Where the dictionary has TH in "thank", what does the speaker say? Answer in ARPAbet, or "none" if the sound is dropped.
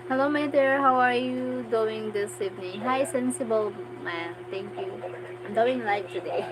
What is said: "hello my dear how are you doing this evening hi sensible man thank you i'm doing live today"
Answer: T